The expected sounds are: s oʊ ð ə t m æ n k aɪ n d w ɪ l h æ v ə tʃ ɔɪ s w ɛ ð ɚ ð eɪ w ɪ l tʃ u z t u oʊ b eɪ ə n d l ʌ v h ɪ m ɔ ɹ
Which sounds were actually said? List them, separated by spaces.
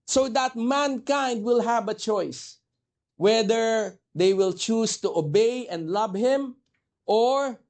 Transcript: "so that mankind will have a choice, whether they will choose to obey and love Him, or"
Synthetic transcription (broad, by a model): s oʊ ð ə t m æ n k aɪ n d w ɪ l h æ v ə tʃ ɔɪ s w ɛ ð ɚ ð eɪ w ɪ l tʃ u s t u oʊ b eɪ ə n d l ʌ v h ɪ m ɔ ɹ